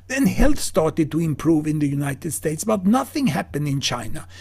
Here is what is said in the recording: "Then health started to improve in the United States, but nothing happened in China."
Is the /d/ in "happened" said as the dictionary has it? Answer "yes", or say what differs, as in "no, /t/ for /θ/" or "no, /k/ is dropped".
yes